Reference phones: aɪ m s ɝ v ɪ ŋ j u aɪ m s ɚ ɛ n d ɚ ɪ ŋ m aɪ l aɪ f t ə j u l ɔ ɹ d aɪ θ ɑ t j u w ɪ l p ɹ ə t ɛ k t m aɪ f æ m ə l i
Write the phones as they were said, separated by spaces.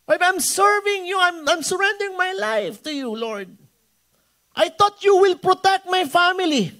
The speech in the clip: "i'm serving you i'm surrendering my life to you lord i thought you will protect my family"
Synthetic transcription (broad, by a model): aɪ m s ɝ v ɪ ŋ j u aɪ m s ɚ ɛ n d ɚ ɪ ŋ m aɪ l aɪ f t ə j u l ɔ ɹ d aɪ t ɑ t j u w ɪ l p ɹ ə t ɛ k t m aɪ f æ m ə l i